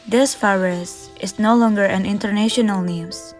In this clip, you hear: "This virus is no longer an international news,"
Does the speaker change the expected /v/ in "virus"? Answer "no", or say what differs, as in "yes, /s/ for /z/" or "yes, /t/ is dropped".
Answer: yes, /f/ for /v/